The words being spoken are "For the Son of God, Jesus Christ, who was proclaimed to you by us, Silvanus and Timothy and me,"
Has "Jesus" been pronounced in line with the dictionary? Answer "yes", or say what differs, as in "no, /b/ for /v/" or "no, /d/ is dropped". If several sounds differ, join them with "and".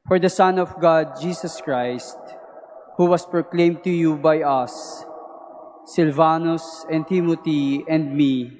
no, /s/ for /z/